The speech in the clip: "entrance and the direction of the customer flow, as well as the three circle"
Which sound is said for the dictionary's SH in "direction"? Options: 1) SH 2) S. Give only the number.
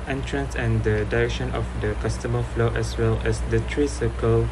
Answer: 1